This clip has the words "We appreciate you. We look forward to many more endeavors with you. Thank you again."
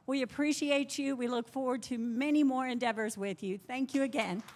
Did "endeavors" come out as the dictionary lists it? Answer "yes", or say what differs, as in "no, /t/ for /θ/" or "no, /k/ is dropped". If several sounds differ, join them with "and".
yes